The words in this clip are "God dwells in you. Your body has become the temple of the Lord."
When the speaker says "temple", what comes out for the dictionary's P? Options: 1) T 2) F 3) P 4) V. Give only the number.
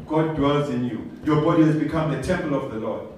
3